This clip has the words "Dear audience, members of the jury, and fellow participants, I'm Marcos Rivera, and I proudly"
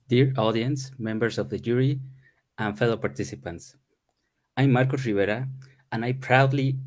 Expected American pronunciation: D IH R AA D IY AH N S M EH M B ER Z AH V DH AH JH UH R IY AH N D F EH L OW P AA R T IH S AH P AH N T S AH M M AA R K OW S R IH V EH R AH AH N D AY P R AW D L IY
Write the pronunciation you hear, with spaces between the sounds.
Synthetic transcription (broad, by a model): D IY R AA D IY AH N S M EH M B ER S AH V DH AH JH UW R IY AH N F EH L OW P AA R T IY S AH P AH N T S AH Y M AA R K OW S R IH B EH R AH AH N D AY P R AW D L IY